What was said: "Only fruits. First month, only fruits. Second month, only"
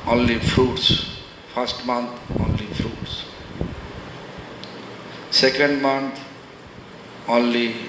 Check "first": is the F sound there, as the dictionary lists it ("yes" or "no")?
no